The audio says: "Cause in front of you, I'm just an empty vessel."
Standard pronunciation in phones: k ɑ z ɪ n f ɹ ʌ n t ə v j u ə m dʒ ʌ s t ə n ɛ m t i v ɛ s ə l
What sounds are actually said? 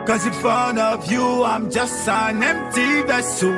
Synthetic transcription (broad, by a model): k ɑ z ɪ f ʌ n ə v j u ə m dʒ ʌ s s ə n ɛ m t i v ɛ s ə